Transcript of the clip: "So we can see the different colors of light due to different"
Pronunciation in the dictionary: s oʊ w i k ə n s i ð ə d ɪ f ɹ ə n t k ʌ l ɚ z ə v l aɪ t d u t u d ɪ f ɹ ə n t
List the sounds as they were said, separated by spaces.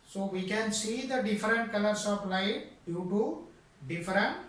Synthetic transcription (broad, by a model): s oʊ w i k ə n s i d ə d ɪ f ɹ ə n t k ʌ l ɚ s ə p l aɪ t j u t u d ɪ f ɹ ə n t